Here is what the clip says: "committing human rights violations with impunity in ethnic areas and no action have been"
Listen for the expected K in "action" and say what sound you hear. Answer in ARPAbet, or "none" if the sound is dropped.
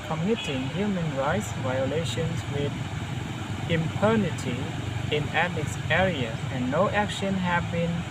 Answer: K